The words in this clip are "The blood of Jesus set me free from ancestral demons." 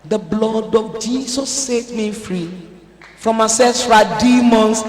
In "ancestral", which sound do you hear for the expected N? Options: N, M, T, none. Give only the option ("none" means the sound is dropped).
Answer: none